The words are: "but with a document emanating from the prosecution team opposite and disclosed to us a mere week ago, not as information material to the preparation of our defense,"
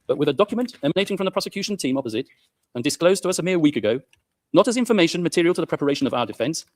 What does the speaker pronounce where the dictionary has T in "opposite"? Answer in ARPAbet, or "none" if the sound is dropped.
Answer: T